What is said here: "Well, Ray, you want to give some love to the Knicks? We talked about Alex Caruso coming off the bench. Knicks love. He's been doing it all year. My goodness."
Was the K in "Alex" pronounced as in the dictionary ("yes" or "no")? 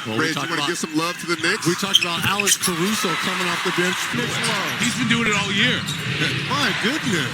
no